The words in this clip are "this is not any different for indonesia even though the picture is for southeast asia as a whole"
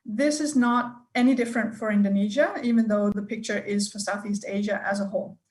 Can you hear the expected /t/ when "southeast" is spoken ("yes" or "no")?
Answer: yes